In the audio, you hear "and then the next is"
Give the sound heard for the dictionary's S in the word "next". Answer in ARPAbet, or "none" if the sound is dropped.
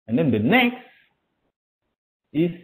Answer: S